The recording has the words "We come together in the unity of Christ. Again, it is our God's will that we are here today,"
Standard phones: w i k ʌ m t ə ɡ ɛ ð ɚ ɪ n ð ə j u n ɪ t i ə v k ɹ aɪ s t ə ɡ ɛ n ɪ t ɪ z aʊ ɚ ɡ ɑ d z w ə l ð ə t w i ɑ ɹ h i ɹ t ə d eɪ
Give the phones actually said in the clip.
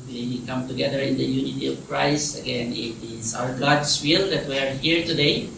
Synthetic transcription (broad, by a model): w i k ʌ m t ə ɡ ɛ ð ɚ ɪ n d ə j u n ɪ t i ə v k ɹ aɪ s t ə ɡ ɛ n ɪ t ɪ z aʊ ɚ ɡ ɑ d s w ə l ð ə t w i ɑ ɹ h i ɹ t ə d eɪ